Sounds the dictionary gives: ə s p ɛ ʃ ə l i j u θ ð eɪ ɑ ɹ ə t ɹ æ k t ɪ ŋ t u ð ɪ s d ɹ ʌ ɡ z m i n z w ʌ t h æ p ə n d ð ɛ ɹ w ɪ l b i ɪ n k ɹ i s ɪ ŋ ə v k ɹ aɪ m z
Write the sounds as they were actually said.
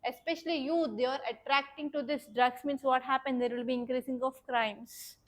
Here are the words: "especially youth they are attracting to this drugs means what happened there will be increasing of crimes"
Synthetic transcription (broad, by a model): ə s p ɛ ʃ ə l i j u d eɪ ɑ ɹ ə t ɹ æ k t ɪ ŋ t u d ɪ s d ɹ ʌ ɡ s m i n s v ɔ t h æ p ə n d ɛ ɹ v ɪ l b i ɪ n k ɹ i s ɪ ŋ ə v k ɹ aɪ m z